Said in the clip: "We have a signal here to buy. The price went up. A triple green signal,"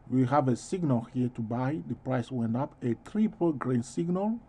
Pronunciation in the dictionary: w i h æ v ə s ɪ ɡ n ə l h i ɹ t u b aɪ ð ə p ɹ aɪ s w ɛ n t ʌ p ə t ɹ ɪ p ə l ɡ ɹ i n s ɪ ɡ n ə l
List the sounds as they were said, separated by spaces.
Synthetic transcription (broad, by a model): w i h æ v ə s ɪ ɡ n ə l h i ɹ t u b aɪ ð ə p ɹ aɪ s w ɛ n t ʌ p ə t ɹ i p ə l ɡ ɹ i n s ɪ ɡ n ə l